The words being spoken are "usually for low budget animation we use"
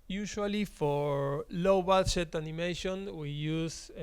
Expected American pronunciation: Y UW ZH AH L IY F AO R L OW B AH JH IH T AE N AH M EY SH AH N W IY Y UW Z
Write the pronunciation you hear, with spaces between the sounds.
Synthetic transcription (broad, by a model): Y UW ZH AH L IY F AO R L OW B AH SH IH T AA N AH M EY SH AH N W IY Y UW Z